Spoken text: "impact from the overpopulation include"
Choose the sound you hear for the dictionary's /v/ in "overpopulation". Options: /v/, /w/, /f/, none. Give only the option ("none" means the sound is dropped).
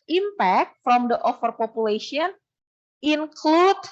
/f/